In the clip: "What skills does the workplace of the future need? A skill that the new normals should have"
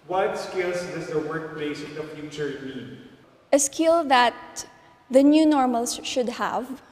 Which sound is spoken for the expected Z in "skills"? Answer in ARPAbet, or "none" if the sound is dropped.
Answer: S